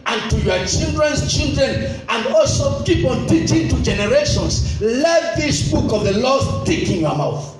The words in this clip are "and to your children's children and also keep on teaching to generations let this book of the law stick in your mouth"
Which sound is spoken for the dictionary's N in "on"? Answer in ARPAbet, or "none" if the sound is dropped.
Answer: L